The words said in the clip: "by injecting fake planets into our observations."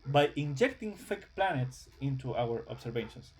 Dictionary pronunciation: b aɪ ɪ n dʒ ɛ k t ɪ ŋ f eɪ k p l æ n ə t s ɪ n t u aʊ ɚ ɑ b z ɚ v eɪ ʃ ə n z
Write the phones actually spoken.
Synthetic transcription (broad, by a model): b aɪ ɪ n dʒ ɛ k t ɪ ŋ f eɪ k p l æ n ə t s ɪ n t u aʊ ɚ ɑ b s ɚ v eɪ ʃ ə n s